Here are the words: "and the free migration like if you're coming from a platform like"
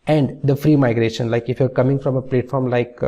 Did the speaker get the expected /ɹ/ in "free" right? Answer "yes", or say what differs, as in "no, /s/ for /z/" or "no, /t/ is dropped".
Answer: yes